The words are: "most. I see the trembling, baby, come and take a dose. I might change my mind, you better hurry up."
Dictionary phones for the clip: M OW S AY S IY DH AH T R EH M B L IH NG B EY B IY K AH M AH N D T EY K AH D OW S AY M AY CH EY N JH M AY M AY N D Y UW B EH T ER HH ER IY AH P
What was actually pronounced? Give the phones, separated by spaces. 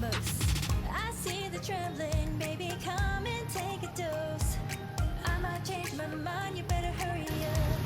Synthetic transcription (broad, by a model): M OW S AY S IY DH AH T R EH M B L IH NG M EY B IY K AH M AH N T EY K AH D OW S AY M AY CH EY N JH M AY M AY N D Y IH B EH T ER HH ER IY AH